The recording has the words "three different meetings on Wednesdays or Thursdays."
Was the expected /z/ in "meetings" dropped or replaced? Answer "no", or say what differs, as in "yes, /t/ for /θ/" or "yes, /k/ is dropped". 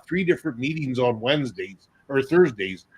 no